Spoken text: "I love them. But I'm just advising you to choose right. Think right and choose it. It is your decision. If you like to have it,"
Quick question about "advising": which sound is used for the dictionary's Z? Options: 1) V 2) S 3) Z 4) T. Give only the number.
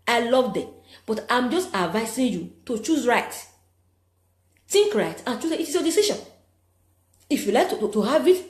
2